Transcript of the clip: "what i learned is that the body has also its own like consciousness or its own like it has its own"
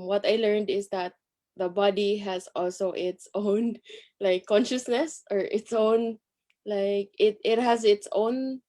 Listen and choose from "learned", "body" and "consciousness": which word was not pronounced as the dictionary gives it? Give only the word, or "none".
none